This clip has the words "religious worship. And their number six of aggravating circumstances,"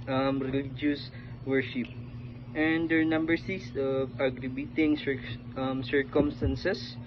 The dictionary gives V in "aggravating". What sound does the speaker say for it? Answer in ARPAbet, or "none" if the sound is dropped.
B